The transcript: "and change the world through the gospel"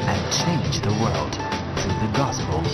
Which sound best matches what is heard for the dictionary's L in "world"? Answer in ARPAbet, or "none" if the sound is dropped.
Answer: L